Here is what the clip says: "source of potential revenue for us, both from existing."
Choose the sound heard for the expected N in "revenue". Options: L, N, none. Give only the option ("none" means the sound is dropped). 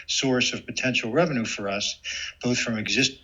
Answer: N